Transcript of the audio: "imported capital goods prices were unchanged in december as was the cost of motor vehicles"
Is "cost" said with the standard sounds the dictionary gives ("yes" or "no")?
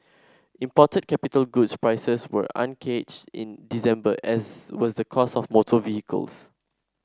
no